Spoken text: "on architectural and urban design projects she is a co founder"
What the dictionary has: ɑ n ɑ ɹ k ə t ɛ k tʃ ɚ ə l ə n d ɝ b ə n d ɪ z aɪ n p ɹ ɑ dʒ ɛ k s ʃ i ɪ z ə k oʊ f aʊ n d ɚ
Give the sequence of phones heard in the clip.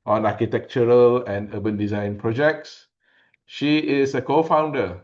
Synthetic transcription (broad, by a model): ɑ n ɑ k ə t ɛ k tʃ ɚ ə l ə n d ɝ b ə n d ɪ z aɪ n p ɹ ɑ dʒ ɛ k s ʃ i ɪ s ə k oʊ f aʊ n d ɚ